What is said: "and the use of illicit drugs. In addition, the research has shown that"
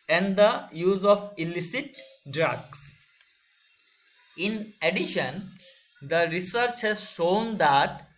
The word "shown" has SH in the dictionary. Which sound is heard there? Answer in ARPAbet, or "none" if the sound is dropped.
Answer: SH